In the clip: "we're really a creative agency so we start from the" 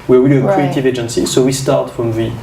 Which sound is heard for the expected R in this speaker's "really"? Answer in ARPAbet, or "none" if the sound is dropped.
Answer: W